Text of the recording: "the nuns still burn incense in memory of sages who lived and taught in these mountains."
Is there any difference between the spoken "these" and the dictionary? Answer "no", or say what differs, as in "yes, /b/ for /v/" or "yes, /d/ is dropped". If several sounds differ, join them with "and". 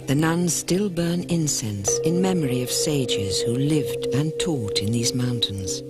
no